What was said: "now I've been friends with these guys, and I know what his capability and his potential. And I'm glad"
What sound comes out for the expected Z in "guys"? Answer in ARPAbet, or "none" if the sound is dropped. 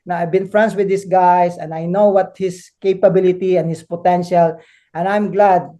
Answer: S